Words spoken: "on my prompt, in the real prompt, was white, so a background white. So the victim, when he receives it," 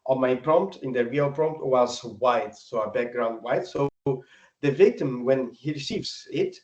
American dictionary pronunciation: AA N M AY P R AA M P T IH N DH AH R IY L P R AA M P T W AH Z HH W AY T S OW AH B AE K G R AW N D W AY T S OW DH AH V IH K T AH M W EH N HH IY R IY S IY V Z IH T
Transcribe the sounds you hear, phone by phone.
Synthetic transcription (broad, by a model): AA M AY P R AA M P T IH N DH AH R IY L P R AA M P T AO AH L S W AY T S OW AH B AE K G R AW N D W AY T S OW DH AH V IH K T AH M W EH N HH IY R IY S IY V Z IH T